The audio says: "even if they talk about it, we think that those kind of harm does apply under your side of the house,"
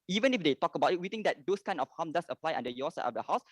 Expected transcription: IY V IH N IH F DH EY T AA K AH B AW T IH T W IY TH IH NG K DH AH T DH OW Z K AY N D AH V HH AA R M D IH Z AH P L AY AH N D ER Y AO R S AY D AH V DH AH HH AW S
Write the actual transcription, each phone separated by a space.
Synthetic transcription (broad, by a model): IY V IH N IH F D EY T AA K AH B AW T IH T W IY T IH NG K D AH T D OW S K AY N AH F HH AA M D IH S AH P L AY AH N D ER Y AO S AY AH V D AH HH AW S